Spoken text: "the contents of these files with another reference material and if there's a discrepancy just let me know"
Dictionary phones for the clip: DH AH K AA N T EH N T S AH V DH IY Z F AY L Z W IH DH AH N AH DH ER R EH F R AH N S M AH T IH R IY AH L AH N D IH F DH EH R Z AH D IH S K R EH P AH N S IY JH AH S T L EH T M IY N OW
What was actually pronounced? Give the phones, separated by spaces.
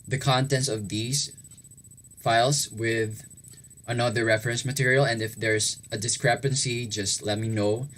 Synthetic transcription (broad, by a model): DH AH K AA N T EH N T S AH V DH IY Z F AY L S W IH DH AH N AH DH ER R EH F R AH N S M AH T IH R IY AH L AH N D IH F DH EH R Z AH D IH S K R EH P AH N S IY JH AH S T L EH T M IY N OW